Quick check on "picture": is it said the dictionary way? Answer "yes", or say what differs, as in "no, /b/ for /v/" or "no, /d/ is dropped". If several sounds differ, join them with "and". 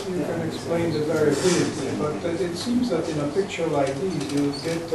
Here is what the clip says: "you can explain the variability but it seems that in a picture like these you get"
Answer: yes